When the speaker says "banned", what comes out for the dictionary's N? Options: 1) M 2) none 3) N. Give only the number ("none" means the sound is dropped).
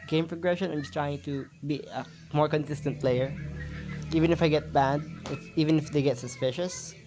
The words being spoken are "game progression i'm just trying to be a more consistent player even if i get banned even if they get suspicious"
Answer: 2